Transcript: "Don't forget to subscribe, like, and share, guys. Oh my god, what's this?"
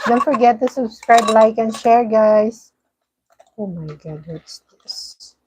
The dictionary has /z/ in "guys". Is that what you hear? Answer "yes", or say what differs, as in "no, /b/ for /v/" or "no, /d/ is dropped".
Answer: no, /s/ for /z/